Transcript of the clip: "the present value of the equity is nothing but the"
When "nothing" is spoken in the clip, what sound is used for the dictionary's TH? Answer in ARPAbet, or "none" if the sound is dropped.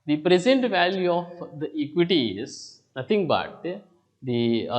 T